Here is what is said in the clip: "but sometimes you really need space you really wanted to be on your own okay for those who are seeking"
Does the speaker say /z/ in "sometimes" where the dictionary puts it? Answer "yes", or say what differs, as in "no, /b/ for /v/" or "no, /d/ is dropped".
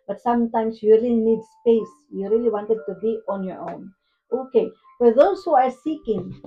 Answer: no, /s/ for /z/